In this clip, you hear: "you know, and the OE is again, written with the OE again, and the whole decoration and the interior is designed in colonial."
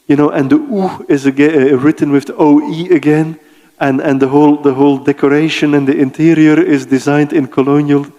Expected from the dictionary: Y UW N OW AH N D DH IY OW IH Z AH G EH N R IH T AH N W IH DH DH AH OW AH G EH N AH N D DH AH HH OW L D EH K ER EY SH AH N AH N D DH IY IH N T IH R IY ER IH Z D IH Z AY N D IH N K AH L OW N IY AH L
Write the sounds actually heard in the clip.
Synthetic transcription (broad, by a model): Y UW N OW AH N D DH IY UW IH Z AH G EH R IH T N W IH DH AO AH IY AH G EH N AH N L DH AH HH OW L D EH K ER EY SH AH N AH N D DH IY IH N T IH R IY ER IH Z D IH Z AY N D IH N K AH L OW N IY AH L